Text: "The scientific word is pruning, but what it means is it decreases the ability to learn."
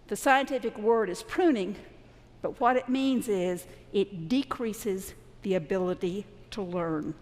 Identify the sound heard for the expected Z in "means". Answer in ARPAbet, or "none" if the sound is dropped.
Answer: Z